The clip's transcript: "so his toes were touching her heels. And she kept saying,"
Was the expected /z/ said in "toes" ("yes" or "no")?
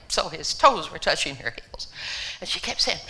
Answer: yes